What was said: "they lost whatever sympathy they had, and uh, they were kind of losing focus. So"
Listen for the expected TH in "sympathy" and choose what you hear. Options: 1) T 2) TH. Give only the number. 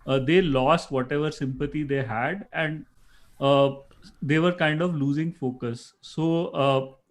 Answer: 1